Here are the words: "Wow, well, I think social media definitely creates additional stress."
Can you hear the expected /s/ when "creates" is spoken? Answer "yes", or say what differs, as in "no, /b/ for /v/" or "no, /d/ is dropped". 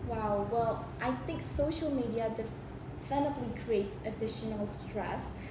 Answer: yes